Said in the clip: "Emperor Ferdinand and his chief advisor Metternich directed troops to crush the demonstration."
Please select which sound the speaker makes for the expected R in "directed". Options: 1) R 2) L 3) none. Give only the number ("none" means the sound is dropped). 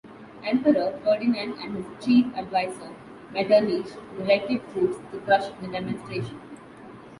2